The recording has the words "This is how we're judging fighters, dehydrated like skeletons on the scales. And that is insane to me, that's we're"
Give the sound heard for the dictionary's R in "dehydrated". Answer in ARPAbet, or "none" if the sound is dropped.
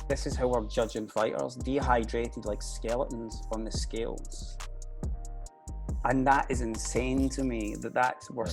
R